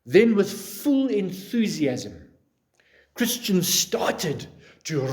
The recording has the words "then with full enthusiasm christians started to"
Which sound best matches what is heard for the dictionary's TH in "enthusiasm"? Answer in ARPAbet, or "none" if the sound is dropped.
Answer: TH